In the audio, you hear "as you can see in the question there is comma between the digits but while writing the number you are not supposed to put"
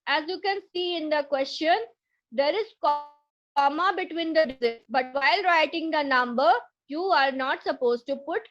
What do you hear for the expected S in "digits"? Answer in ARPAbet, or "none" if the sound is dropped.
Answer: none